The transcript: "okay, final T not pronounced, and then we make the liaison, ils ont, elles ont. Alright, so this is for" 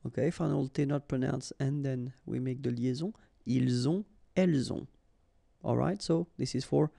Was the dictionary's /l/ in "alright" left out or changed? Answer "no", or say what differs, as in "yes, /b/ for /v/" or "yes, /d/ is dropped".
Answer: no